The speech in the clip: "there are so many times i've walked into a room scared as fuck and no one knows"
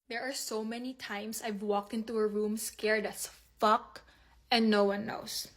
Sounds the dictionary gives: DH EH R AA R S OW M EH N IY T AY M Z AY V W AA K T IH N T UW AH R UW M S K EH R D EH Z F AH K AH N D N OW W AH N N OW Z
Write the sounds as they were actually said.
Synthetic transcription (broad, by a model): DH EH R AA R S OW M EH N IY T AY M S AY V W AA K T IH N T UW AH R UW M S K EH R D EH S F AH K AH N D N OW W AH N N OW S